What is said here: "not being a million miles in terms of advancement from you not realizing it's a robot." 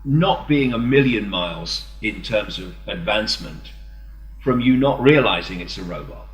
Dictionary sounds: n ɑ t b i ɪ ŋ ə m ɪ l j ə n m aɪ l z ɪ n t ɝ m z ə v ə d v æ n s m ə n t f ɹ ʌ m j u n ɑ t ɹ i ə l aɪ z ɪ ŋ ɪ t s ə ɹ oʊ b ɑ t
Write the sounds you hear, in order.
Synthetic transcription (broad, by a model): n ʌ t b i ɪ ŋ ə m ɪ l j ə n m aɪ l z ɪ n t ɝ m z ə v ə d v æ n s m ə n t f ɹ ʌ m j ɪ n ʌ t ɹ i ə l aɪ z ɪ ŋ ɪ t s ə ɹ oʊ b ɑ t